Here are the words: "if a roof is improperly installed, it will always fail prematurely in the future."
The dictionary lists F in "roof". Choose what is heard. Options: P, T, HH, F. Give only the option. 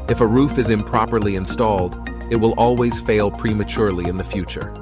F